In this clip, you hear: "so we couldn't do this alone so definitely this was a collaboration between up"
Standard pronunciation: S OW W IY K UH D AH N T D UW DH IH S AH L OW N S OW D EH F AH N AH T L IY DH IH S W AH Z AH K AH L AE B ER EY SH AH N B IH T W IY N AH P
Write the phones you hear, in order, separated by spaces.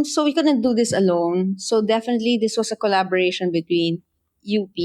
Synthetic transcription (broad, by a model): S OW W IY K UH D AH N T D UW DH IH S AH L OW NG S OW D EH F AH N AH T L IY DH IH S W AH S AH K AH L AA B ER EY SH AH N B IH T W IY N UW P